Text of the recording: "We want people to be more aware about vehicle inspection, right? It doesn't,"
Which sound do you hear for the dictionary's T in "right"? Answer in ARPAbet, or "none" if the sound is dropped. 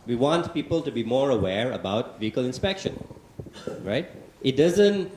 T